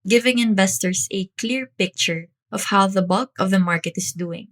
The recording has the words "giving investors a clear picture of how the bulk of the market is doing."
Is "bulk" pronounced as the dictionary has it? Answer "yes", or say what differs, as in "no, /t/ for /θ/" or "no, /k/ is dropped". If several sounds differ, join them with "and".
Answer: yes